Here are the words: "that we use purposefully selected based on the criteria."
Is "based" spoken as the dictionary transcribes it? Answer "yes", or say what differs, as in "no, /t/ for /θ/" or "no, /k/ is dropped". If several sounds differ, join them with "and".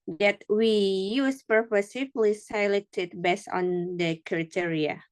no, /t/ is dropped